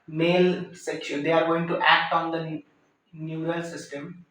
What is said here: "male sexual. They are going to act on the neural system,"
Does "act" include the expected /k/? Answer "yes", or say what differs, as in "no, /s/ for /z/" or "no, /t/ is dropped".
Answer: yes